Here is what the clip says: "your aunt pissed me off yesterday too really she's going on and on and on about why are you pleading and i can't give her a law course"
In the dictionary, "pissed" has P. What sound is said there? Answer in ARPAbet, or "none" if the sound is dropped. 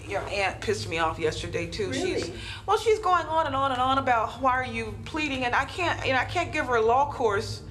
P